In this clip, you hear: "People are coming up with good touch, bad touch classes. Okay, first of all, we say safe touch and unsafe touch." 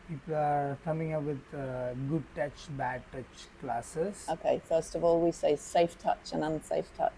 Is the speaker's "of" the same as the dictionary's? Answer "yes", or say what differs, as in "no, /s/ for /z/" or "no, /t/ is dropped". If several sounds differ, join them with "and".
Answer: yes